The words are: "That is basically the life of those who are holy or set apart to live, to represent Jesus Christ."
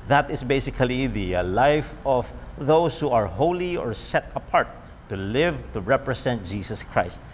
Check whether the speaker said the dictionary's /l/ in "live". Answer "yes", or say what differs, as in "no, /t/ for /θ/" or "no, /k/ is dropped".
yes